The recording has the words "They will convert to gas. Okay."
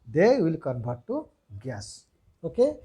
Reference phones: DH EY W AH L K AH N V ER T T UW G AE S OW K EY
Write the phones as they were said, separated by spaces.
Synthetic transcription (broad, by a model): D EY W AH L K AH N B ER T T UW G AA S OW K EY